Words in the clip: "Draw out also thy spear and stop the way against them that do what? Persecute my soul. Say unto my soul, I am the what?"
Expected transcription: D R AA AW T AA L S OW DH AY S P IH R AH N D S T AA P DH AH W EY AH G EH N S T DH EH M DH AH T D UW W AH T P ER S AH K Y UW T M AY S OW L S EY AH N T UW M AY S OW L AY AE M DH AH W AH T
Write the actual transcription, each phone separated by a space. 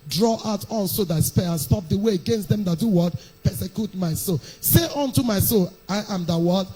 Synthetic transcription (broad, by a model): D R AA AW T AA N S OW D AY S P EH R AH N S T AA P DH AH W EY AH G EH N S T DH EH M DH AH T D UW W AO T P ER S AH K Y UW T M AY S OW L S EY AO N T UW M AY S OW L AY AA M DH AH W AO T